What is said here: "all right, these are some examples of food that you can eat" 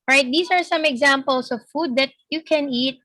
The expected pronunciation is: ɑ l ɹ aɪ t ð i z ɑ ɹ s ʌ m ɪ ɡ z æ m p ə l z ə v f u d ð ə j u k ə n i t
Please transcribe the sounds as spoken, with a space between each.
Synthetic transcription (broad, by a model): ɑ ɹ aɪ t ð i s ɑ ɹ s ʌ m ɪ ɡ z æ m p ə l s ə v f u d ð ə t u k ə n i t